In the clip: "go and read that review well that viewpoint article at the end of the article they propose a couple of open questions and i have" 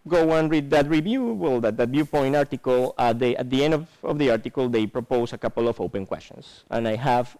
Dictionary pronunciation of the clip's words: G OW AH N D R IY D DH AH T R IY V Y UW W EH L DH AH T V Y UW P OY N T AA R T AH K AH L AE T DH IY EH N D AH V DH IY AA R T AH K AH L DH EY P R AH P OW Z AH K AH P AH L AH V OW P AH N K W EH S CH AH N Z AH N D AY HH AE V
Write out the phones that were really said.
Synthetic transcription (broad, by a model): G OW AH N R IY D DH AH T R IY V Y UW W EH L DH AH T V Y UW P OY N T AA R T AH K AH L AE T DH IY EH N D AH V DH IY AA R T AH K AH L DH EY P R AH P OW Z AH K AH P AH L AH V OW P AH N K W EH S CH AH N S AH N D AY HH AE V